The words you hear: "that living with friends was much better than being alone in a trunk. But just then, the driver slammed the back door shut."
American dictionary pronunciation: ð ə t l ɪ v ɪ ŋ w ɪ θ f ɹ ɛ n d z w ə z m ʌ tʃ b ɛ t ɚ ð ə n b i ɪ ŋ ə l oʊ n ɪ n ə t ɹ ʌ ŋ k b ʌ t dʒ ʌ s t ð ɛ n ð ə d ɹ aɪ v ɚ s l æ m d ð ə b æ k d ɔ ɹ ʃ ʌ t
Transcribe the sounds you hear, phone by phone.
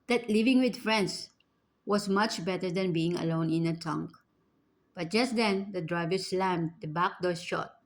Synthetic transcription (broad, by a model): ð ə t l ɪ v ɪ ŋ w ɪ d f ɹ ɛ n d s w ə s m ʌ tʃ b ɛ t ɚ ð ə n b i ɪ ŋ ə l oʊ n ɪ n ə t ʌ ŋ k b ʌ t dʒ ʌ s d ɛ n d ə d ɹ aɪ v ɚ s l æ m d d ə b æ k d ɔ ɹ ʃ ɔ t